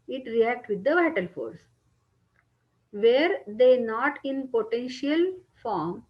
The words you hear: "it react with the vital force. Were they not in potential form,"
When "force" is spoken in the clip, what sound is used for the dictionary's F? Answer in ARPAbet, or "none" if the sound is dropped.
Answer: F